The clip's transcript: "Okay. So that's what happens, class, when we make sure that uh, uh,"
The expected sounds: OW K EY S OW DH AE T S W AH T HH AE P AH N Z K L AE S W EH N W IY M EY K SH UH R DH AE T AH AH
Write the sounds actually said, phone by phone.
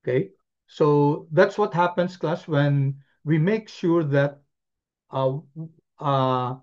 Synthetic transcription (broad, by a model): K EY S OW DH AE T S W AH T HH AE P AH N S K L AE S W EH N W IY M EY K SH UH R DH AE T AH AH